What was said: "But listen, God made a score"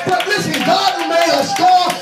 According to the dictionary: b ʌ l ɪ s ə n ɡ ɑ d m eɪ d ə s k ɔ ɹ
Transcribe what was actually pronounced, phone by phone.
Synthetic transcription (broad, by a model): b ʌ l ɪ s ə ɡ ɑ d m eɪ ə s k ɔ